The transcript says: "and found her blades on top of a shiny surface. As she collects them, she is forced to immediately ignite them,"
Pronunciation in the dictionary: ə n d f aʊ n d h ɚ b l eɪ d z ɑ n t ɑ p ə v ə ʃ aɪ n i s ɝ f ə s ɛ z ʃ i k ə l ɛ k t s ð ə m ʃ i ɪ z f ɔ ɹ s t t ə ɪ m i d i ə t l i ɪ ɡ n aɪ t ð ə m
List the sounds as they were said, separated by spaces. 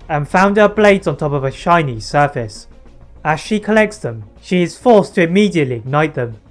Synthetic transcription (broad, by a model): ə n f aʊ n d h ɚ b l eɪ d z n t ɑ p ə v ə ʃ aɪ n i s ɝ f ə s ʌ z ʃ i k ə l ɛ k t s ð ə m ʃ i ɪ z f ɔ ɹ s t t ə ɪ m i d i ə t l i ɪ ɡ n aɪ t ð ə m